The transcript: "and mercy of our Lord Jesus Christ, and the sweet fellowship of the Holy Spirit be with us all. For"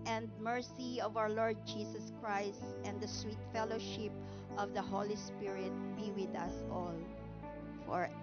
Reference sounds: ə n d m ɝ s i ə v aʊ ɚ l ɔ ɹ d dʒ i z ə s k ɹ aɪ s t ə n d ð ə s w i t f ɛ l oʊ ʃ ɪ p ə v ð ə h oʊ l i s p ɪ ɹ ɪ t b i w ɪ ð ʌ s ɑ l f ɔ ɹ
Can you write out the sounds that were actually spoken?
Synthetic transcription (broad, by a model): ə n d m ɝ s i ə v aʊ ɚ l ɔ ɹ d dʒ i s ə s k ɹ aɪ s t ə n d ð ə s w i t f ɛ l oʊ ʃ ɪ p ə v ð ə h oʊ l i s p ɪ ɹ ɪ t b i w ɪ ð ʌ s ɑ l f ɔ ɹ